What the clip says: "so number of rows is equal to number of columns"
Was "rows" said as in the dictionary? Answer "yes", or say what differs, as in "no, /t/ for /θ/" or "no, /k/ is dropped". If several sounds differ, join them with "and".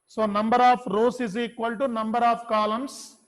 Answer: no, /s/ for /z/